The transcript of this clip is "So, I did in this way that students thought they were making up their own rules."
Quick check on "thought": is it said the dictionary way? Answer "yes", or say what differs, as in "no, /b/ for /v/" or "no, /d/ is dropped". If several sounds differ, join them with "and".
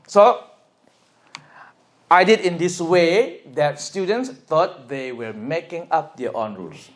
no, /t/ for /θ/